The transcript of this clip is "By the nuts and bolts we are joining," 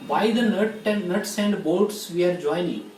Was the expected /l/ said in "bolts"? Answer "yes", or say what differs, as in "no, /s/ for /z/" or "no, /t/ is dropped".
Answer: no, /l/ is dropped